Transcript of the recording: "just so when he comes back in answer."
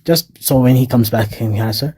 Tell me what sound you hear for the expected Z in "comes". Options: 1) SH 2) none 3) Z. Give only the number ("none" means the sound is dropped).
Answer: 3